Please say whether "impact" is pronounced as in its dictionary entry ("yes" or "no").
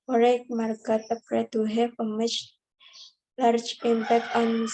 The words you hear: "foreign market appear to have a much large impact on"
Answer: no